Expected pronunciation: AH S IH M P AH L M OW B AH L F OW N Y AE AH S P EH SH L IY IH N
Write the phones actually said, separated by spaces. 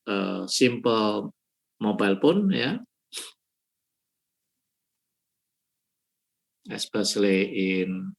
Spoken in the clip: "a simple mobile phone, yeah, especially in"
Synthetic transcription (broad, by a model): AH S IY M P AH L M OW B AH L P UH N Y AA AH S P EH S L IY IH N